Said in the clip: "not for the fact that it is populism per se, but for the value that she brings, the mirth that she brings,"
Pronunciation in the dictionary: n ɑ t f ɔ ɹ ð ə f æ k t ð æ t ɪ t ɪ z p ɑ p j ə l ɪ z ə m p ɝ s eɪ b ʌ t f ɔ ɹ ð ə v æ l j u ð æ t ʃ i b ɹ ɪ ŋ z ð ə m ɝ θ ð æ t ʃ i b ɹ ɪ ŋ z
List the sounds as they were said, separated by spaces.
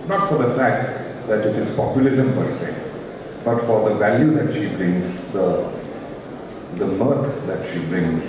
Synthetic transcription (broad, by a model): n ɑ t f ɔ ɹ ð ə f æ k t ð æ t ɪ t ɪ z p ɑ p j ə l ɪ z ə m b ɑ s eɪ b ʌ t f ɔ ɹ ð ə v æ l j u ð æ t ʃ i b ɹ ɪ ŋ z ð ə m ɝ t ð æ t ʃ i b ɹ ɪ ŋ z